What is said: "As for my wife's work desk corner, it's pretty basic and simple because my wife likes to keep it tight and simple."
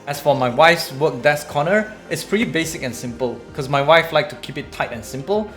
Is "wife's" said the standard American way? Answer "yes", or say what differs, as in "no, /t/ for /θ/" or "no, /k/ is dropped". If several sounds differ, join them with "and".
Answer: yes